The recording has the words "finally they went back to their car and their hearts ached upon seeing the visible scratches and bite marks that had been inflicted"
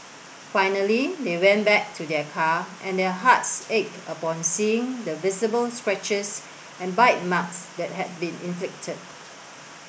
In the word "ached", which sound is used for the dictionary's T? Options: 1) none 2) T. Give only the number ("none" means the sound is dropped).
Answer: 1